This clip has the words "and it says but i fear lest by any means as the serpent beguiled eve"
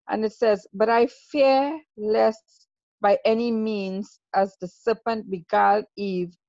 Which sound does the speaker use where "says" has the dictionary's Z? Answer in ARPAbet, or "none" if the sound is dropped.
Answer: Z